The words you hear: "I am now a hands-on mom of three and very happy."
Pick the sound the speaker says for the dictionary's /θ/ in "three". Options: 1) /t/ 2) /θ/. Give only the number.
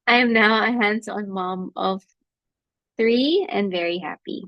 2